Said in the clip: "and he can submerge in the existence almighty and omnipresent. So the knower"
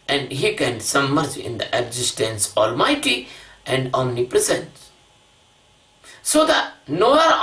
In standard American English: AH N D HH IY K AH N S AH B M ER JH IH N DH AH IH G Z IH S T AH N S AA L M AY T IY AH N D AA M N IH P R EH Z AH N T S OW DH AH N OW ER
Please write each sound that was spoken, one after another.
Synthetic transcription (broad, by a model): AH N D HH IY K AH N S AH M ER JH IH N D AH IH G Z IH S T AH N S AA L M AY T IY AH N D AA M N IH P R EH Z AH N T S OW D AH N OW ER